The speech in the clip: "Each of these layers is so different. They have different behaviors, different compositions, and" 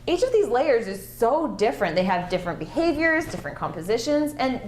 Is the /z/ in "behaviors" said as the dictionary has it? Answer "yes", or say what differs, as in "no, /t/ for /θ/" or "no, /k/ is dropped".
yes